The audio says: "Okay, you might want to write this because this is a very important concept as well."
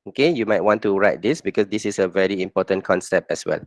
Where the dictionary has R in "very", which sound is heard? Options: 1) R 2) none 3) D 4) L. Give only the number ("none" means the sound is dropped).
1